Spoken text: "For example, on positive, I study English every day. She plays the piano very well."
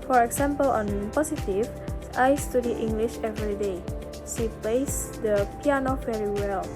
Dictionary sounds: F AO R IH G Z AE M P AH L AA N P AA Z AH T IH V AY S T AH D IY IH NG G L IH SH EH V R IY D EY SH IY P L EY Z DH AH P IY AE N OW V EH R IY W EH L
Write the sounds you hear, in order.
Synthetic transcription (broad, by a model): F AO R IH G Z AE M P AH L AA N P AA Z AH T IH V AY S T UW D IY IH NG G L IH SH EH V R IY D EY SH IY P L EY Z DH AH P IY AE N OW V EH R IY W EH L